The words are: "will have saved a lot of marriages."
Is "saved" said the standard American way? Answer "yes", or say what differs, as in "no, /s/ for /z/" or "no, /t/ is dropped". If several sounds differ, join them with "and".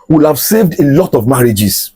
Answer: yes